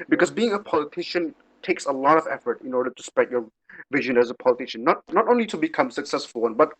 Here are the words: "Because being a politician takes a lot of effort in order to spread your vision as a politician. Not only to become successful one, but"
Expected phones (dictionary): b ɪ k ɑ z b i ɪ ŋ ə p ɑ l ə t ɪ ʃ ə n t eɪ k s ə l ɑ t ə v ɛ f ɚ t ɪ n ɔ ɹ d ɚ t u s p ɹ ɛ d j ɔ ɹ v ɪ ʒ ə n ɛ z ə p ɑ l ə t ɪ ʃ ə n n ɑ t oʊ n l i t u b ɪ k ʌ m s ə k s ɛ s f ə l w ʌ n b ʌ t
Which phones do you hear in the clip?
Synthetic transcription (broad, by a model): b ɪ k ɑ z b i ɪ ŋ ə p ɑ l ə t ɪ ʃ ə n t eɪ k s ə l ɑ t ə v ɛ f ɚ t ɪ n ɔ ɹ d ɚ t u s p ɹ ɛ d j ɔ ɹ v ɪ ʒ ə n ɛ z ə p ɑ l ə t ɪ ʃ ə n n ɑ t oʊ n l i t u b ɪ k ʌ m s ə k s ɛ s f ə l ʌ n b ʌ t